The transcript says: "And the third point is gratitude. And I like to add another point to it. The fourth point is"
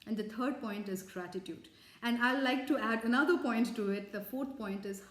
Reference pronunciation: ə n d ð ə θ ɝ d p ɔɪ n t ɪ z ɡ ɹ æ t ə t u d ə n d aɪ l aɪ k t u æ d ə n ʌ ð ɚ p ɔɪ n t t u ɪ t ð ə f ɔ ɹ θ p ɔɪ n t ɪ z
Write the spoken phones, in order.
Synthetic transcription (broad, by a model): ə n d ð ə t ɝ d p ɔɪ n t ɪ z ɡ ɹ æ t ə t u d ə n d aɪ l aɪ k t u æ d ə n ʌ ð ɚ p ɔɪ n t t u ɪ t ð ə f ɔ ɹ t p ɔɪ n t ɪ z